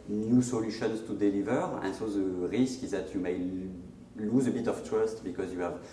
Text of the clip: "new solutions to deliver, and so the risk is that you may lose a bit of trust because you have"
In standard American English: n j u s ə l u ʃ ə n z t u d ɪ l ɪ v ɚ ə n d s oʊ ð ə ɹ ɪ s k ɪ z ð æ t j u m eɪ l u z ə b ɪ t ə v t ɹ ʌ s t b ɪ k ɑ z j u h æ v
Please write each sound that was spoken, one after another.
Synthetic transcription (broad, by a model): n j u s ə l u ʃ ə n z t u d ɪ l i v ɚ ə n s oʊ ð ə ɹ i s k ɪ z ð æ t j u m eɪ l u z ə b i t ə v t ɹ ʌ s t b ɪ k ɑ z j u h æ v